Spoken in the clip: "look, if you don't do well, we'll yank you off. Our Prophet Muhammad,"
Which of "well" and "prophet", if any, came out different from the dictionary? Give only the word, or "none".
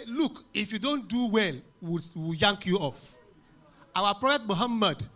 prophet